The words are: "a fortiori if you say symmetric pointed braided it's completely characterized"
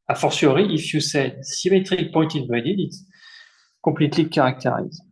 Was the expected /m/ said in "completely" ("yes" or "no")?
no